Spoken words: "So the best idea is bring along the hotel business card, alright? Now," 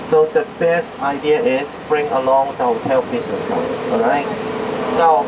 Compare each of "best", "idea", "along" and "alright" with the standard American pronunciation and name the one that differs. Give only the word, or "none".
alright